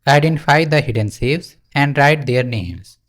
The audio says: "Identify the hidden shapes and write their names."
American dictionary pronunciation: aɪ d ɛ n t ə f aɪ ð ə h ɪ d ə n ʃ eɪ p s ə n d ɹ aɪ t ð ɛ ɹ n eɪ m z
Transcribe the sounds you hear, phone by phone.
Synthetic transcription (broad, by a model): aɪ d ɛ n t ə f aɪ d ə h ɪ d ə n s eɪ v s ə n d ɹ aɪ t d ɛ ɹ n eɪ m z